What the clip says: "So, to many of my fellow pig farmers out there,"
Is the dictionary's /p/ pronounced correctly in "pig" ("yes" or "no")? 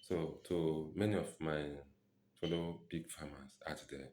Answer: no